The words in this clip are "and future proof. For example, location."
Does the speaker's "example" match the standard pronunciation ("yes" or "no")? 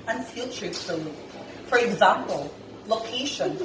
yes